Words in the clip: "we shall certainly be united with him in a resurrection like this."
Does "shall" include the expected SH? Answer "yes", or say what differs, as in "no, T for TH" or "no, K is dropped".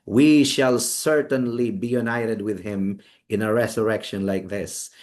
yes